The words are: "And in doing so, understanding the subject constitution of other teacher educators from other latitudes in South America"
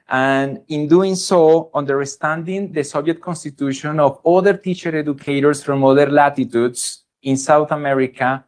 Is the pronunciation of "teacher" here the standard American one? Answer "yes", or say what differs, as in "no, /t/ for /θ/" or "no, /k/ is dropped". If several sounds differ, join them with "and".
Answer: yes